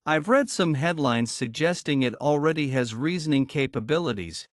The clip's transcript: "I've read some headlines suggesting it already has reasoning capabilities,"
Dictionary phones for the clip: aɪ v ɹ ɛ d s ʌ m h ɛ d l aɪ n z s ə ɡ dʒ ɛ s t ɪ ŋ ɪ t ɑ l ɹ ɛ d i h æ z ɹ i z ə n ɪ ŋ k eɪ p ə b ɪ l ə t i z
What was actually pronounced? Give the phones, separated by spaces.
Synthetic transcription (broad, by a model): aɪ v ɹ ɛ d s ʌ m h ɛ d l aɪ n z s ə ɡ dʒ ɛ s t ɪ ŋ ɪ t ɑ l ɹ ɛ d i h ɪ z ɹ i z ə n ɪ ŋ k eɪ p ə b ɪ l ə t i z